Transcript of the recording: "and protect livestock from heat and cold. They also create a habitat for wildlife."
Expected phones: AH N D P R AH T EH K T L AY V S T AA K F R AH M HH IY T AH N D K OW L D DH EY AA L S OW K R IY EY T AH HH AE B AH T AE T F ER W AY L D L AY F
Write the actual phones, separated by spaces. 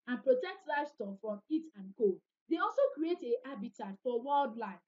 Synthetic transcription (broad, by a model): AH N P R AH T EH K T L AY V S T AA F R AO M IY T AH N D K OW D EY AA L S OW K R IY EY T AH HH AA B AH T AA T F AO W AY L D L AY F